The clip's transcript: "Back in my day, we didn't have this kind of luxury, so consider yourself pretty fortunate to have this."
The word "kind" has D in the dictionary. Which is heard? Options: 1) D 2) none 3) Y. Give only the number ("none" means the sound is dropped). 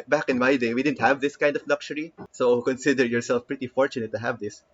1